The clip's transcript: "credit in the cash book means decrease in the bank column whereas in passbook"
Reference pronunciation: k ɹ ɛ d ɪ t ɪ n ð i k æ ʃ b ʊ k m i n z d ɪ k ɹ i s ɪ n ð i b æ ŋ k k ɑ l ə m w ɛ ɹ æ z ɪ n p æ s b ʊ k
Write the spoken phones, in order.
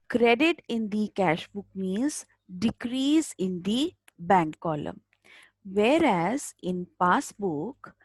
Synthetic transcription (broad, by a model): k ɹ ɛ d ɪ t ɪ n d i k æ ʃ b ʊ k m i z d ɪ k ɹ i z ɪ n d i b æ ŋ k k ɑ l ə m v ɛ ɹ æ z ɪ n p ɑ s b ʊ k